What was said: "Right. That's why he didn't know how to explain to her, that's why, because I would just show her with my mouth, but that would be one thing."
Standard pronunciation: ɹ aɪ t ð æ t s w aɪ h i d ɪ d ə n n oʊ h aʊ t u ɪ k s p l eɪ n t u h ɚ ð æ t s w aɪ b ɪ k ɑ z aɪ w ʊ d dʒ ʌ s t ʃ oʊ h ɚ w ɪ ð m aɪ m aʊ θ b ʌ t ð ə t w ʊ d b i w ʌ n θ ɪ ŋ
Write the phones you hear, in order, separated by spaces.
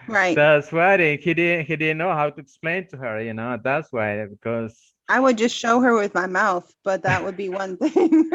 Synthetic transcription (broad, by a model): ɹ aɪ t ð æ t s w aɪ h i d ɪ d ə n n oʊ h aʊ t u ɪ k s p l eɪ n t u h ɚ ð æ t s w aɪ b ɪ k ɑ z aɪ w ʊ d dʒ ʌ s t ʃ oʊ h ɚ w ɪ ð m aɪ m aʊ θ b ʌ t ð ə t w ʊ d b i w ʌ n θ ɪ ŋ